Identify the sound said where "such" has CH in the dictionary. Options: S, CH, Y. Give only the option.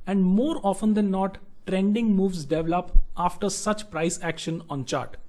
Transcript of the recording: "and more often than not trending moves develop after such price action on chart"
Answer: CH